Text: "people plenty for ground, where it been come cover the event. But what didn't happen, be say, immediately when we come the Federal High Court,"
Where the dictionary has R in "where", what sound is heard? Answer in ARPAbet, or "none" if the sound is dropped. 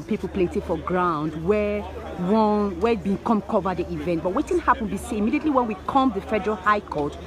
W